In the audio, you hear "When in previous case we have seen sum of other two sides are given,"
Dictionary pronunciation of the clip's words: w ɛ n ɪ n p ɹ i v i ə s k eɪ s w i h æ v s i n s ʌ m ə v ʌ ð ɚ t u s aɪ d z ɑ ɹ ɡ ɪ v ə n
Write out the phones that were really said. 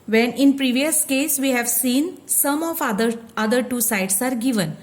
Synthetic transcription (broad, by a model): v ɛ n ɪ n p ɹ i v i ə s k eɪ s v i h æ v s i n s ʌ m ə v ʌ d ɚ t u s aɪ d s ɑ ɹ ɡ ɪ v ə n